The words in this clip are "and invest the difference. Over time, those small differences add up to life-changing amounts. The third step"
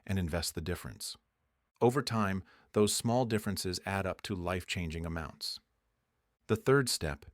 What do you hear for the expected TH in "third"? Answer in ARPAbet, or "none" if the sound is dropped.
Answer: TH